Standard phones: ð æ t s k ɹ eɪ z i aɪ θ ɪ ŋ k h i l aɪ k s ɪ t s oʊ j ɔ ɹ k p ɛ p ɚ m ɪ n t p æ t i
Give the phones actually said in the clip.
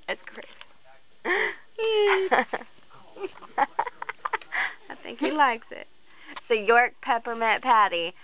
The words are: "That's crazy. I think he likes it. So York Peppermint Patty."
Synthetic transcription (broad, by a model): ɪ t s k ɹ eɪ s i aɪ θ ɪ ŋ k h i l aɪ k s ɪ t s oʊ j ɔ ɹ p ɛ p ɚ m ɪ t p æ t i